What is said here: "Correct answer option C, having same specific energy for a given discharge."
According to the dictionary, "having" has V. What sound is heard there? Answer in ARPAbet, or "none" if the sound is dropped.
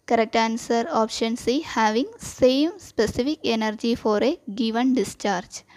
V